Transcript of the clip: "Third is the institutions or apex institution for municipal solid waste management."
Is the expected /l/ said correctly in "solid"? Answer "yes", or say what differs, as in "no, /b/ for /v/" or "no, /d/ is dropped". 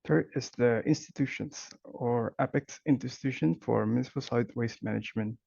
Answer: no, /l/ is dropped